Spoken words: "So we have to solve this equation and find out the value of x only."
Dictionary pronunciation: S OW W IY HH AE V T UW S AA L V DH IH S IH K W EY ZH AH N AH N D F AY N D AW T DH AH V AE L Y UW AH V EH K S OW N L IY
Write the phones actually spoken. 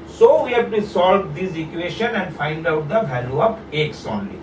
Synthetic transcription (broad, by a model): S OW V IY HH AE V T UW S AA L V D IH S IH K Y EY SH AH N AH N D F AY N D AW T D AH V AE L Y UW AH P EH K S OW N L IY